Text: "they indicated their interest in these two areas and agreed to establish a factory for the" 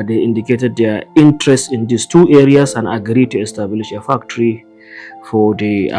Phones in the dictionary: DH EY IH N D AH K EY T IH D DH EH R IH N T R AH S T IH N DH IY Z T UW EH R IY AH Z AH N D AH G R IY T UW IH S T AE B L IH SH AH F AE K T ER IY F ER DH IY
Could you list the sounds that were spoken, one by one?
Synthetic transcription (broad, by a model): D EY IH N D AH K EY T IH D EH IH N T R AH S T IH N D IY S T UW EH R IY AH S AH N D AH G R IY T UW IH S T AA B L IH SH AH F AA K T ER IY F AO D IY